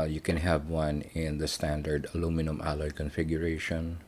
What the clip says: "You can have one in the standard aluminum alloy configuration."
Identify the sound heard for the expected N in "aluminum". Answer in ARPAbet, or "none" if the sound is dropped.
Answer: N